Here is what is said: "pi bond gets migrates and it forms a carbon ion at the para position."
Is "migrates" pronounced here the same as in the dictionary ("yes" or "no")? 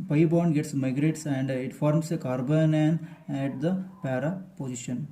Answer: yes